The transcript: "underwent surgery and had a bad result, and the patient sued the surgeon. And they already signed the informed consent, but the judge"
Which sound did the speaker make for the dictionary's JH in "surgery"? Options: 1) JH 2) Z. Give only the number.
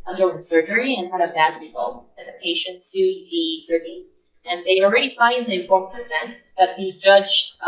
1